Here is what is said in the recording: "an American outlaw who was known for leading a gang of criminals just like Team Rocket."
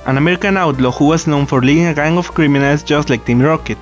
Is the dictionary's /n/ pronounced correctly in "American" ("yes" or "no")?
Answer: yes